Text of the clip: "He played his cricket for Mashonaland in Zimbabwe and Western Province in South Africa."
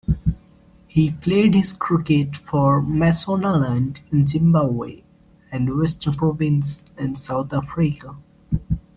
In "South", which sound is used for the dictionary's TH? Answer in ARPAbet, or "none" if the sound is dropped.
T